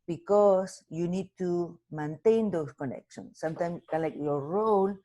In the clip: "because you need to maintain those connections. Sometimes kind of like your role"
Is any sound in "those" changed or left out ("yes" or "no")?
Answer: yes